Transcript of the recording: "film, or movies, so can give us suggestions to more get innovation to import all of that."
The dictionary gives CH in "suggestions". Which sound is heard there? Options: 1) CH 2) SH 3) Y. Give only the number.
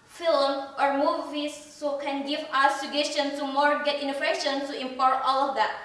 2